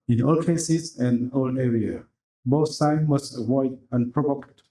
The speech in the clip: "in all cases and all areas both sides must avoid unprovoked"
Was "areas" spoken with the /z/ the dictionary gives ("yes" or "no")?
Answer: no